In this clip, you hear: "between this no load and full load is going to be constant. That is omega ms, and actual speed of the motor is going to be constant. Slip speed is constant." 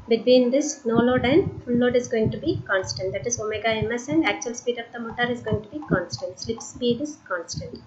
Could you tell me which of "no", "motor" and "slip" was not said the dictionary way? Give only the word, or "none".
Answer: none